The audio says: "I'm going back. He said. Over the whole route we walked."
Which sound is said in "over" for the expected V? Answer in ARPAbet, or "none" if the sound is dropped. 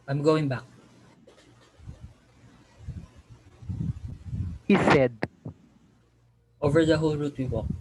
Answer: V